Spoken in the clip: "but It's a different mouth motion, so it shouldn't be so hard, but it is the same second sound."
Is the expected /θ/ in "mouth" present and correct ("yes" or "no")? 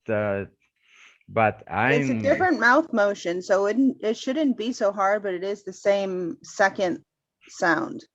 yes